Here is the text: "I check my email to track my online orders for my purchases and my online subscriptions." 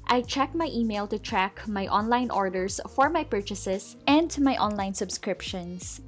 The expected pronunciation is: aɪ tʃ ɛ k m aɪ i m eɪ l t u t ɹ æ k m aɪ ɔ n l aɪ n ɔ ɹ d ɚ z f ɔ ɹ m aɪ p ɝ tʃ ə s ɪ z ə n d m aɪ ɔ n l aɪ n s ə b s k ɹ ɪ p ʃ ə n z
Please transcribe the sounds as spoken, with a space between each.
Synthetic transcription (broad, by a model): aɪ tʃ ɛ k m aɪ i m eɪ l t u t ɹ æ k m aɪ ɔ n l aɪ n ɔ ɹ d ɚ s f ɔ ɹ m aɪ p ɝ tʃ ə s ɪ s ə n d m aɪ ɔ n l aɪ n s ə b s k ɹ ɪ p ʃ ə n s